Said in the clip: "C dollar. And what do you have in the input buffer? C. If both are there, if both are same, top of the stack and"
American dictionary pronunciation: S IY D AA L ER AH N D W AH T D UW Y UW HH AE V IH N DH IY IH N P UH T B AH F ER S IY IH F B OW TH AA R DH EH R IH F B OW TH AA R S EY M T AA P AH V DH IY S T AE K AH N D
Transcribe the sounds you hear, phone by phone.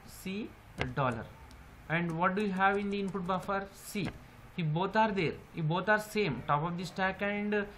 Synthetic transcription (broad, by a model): S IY D AA L ER AH N D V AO T D UW Y UW HH AE V IH N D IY IH N P UH T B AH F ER S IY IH B OW T AA R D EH R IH B OW T AA R S EY M T AA P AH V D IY S T AE K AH N D